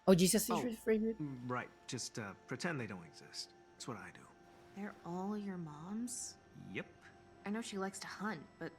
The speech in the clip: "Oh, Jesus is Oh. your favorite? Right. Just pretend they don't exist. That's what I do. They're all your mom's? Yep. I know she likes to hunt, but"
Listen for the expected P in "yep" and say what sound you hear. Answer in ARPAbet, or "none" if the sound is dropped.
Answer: P